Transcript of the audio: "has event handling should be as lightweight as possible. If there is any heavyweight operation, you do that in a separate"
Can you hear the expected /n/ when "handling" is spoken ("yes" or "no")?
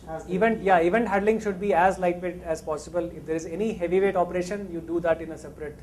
no